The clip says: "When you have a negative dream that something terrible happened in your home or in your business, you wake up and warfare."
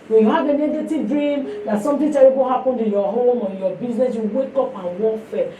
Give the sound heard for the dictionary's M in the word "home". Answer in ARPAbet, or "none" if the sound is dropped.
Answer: M